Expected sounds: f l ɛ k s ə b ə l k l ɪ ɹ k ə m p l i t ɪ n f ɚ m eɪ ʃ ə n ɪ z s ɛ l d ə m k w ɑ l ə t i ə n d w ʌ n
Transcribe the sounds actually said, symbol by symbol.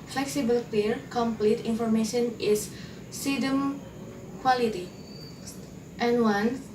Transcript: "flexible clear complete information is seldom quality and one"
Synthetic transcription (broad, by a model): f l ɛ k s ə b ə l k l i ɹ k ə m p l i t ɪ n f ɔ m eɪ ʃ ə n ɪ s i d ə m k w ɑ l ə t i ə n w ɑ n